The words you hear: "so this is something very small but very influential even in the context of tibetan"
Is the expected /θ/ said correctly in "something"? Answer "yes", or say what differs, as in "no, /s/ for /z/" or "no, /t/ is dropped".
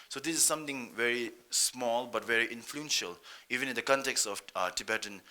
no, /t/ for /θ/